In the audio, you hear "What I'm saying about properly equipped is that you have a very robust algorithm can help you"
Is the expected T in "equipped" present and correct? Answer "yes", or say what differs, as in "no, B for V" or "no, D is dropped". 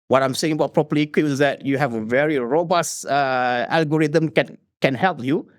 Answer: no, T is dropped